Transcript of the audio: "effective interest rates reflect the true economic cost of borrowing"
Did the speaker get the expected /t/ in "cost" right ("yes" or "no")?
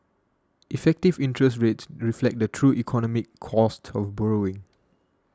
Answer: yes